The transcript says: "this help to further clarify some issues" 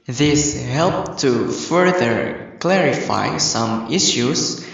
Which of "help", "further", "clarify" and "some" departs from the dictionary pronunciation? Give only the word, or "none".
none